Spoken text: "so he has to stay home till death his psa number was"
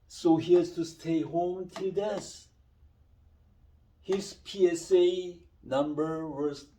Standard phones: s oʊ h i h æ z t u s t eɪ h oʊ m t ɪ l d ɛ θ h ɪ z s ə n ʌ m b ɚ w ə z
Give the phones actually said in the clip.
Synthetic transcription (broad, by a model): s oʊ h i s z t u s t eɪ h oʊ m t ɪ l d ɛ s h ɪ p s ə n ʌ m b ɚ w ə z